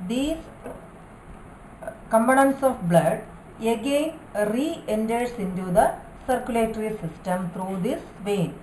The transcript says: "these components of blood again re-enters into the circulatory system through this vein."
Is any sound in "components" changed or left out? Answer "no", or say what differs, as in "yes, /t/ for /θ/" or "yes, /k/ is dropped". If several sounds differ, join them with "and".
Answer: yes, /b/ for /p/